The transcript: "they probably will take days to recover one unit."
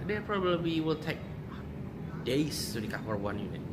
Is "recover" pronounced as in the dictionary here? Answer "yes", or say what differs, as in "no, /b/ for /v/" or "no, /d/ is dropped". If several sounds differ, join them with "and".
no, /f/ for /v/